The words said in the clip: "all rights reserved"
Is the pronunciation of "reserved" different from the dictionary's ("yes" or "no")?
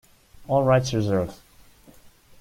yes